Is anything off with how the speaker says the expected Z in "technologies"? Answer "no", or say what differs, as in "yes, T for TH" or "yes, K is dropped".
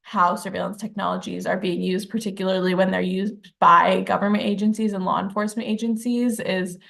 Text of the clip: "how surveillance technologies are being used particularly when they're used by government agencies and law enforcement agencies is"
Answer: no